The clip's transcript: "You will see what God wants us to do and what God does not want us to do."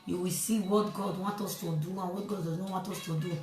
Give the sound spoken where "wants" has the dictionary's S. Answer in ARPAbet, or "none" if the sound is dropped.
none